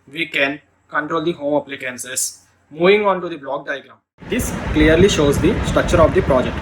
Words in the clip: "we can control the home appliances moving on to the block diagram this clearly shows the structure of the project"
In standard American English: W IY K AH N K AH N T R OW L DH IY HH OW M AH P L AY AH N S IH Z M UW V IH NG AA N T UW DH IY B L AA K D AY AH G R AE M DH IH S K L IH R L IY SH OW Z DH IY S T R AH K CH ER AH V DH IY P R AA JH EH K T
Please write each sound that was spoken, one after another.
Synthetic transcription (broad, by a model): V IY K AH N K AH N T R OW L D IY HH OW M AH P L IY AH N S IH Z M UW V IH NG AA N T UW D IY B L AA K D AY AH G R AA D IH S K L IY R L IY SH OW Z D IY S T R AH K CH ER AH V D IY P R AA JH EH K T